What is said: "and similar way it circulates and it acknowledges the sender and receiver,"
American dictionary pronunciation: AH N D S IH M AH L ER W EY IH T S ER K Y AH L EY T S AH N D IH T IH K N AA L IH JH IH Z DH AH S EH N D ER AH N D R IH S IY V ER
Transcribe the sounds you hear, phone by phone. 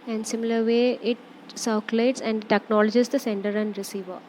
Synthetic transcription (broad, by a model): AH N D S IH M AH L ER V EY IH T S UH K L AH IH T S AH N D T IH K N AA L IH JH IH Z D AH S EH N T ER AH N D R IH S IY V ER